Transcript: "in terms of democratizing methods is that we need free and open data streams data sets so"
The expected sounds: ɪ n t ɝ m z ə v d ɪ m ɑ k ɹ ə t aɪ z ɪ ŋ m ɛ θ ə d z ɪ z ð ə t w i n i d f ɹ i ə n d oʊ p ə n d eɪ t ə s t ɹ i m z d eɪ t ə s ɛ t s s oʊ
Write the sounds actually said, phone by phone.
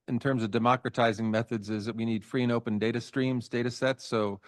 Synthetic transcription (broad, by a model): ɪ n t ɝ m z ə v d ɪ m ɑ k ɹ ə t aɪ z ɪ ŋ m ɛ θ ə d z ɪ z ð ə t w i n i d f ɹ i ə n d oʊ p ə n d eɪ t ə s t ɹ i m z d eɪ t ə s ɛ t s s oʊ